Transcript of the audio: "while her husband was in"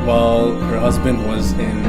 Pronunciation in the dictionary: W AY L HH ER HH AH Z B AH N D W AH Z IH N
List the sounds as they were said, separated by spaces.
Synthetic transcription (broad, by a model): W AY L HH ER HH AH Z B AH N D W AH Z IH N